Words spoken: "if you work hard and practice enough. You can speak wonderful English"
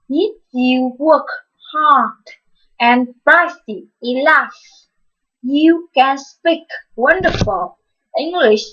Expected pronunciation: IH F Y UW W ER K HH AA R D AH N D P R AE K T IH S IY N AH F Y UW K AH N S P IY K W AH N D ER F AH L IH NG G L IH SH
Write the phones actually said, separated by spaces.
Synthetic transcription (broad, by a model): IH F Y UW W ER K HH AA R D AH N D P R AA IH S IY L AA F Y UW K AH N S P IY K W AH N D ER F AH L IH NG G L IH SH